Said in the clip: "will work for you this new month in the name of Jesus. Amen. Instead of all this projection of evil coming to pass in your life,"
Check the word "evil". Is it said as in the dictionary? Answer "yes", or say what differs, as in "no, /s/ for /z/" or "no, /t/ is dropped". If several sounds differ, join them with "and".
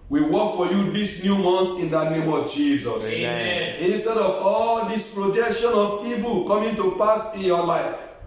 no, /p/ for /v/